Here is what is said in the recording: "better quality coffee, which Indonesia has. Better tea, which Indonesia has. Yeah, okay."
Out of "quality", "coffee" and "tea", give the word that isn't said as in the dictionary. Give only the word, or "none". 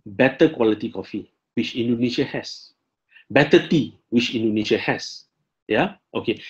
none